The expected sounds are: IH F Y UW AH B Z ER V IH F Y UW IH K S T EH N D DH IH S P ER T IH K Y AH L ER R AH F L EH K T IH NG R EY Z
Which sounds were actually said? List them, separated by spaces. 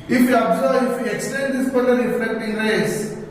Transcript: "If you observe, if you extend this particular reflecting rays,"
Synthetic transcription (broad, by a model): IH F Y UW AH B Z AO IH F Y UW IH K S T EH N D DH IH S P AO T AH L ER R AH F EH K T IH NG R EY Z